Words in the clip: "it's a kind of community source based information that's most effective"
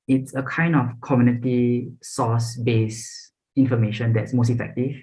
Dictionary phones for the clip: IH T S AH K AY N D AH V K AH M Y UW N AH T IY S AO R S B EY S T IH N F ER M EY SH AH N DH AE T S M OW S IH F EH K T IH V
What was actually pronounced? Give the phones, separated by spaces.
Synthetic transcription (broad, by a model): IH T S AH K AY N D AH F K AH M Y UW N AH T IY S AO S B EY S IH N F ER M EY SH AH N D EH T S M OW S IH F EH K T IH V